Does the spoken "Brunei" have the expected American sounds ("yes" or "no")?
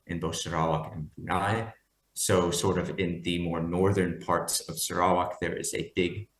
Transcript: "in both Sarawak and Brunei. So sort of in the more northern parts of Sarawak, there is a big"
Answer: no